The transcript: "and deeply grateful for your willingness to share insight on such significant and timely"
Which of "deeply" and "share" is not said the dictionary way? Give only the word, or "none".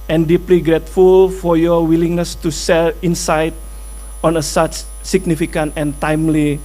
share